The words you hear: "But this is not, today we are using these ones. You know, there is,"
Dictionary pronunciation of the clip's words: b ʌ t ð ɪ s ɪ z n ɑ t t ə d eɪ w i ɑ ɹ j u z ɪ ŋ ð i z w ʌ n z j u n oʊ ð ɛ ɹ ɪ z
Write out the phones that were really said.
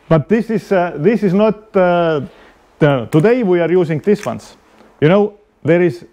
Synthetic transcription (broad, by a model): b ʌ t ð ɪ s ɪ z n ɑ t t ə d eɪ w i ɑ ɹ j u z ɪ ŋ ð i s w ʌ n s j u n oʊ ð ɛ ɹ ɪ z